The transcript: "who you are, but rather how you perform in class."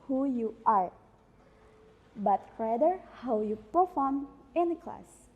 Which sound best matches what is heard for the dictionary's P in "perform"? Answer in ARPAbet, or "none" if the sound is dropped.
P